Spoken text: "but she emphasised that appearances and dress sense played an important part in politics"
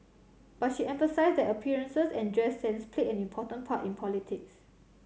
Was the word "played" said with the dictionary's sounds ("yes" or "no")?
no